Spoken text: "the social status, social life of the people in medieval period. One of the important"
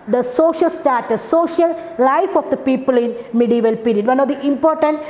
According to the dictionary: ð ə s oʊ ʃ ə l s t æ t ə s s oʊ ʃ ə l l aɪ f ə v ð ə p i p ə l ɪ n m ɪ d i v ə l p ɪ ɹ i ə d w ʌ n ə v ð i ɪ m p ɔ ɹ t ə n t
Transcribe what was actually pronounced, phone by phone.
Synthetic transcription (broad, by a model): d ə s oʊ ʃ ə l s t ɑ t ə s s oʊ ʃ ə l l aɪ f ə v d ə p i p ə l ɪ n m ɪ d i v ə l p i ɹ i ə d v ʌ n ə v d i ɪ m p ɔ ɹ t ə n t